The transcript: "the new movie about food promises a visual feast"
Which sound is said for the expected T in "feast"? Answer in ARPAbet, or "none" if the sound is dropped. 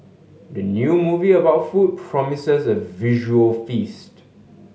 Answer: T